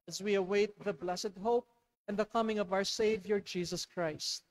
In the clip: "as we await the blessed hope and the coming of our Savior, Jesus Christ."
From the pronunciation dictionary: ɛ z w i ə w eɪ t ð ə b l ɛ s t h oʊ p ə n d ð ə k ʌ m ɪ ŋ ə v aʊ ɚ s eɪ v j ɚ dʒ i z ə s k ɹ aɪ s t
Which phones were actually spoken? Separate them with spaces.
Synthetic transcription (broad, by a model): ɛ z w i ə w eɪ t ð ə b l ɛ s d h oʊ p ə n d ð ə k ʌ m ɪ ŋ ə v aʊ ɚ s eɪ v j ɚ dʒ i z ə s k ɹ aɪ s t